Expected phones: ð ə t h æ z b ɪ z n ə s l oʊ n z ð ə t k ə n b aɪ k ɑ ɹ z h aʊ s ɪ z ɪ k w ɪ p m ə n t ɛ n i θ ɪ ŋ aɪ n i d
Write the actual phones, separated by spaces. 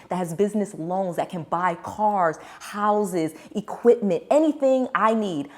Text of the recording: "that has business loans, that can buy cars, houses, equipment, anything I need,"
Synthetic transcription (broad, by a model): ð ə t h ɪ z b ɪ z n ə s l oʊ n z ð ə t k ə n b aɪ k ɑ ɹ z h aʊ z ɪ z ɪ k w ɪ p m ə n t ɛ n i θ ɪ ŋ aɪ n i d